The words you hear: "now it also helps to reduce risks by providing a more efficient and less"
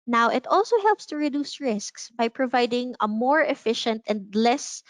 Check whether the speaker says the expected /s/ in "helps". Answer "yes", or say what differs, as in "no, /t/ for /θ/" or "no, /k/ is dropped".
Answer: yes